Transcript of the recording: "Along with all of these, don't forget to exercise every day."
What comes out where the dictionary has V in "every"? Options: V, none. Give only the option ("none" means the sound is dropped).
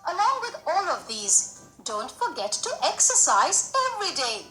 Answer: V